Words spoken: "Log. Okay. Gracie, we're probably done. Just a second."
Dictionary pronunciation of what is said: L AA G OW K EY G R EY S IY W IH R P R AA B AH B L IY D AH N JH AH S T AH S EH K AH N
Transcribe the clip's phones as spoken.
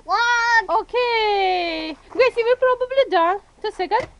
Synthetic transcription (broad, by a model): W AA OW K EY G EY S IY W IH L P R AA B AH B L IY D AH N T AH S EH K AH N